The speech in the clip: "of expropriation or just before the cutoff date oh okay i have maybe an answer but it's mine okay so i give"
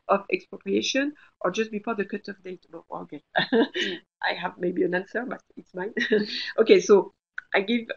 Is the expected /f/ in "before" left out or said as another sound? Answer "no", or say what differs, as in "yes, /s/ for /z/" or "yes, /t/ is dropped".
yes, /p/ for /f/